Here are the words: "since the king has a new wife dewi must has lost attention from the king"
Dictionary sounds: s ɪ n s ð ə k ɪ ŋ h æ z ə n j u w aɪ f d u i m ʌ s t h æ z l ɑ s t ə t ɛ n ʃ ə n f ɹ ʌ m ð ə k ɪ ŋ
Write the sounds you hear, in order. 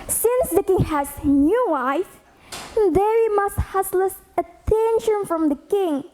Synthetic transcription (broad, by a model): s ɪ n s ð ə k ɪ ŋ h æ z n j u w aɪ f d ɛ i m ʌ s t h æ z l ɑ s ə t ɛ n ʃ ə n f ɹ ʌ m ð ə k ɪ ŋ